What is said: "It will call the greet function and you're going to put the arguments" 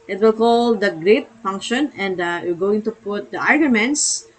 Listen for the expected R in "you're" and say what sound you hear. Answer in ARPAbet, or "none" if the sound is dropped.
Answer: L